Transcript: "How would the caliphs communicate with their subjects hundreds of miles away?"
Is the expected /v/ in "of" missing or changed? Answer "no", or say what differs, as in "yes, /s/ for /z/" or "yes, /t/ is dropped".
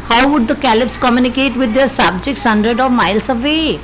no